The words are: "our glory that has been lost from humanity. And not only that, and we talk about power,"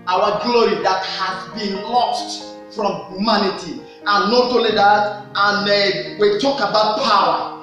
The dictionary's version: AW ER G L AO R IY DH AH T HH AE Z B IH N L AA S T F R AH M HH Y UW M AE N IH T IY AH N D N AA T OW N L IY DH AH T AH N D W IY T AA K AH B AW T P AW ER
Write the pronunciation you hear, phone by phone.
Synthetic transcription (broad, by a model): AW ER G L AO R IY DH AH T HH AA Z B IH N L AA S T F R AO M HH Y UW M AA N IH T IY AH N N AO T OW L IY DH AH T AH N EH W IY T AA K AH B AW T P AW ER